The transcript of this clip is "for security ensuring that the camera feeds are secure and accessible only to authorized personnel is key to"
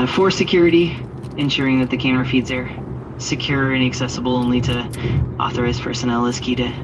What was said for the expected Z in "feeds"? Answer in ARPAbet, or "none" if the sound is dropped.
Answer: Z